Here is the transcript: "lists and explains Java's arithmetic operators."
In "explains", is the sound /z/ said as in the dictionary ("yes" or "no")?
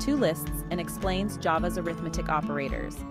yes